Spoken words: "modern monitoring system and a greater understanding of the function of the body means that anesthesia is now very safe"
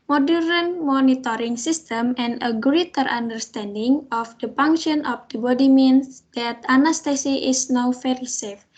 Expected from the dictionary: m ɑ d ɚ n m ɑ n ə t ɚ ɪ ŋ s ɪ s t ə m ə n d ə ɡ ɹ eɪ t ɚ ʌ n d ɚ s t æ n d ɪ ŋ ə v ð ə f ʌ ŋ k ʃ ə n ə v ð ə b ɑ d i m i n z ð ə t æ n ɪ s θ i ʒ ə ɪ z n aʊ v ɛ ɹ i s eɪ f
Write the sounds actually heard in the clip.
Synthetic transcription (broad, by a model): m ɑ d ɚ n m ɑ n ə t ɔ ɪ ŋ s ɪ s t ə m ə n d ə ɡ ɹ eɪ t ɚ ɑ n d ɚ s t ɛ n d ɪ ŋ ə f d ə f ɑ ŋ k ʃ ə n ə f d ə b ɑ d i m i n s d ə t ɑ n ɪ s t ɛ s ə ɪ s n aʊ f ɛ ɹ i s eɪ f